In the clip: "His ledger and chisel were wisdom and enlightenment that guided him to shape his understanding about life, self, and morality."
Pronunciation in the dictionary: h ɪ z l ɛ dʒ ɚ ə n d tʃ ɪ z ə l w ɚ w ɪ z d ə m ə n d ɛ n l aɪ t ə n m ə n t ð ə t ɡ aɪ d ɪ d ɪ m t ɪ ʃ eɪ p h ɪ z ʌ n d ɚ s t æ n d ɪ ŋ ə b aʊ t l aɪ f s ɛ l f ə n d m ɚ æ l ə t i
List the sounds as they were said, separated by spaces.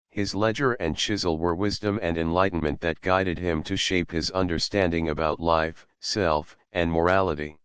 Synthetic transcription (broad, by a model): h ɪ z l ɛ dʒ ɚ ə n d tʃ ɪ z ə l w ɚ w ɪ z d ə m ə n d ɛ n l aɪ t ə n m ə n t ð ə t ɡ aɪ d ɪ d ɪ m t ɪ ʃ eɪ p h ɪ z ʌ n d ɚ s t æ n d ɪ ŋ ə b aʊ t l aɪ f s ɛ l f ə n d m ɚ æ l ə t i